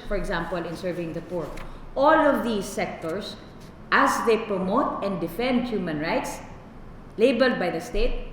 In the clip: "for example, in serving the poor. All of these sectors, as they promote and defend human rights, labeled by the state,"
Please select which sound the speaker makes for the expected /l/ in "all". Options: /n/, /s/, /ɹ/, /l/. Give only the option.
/l/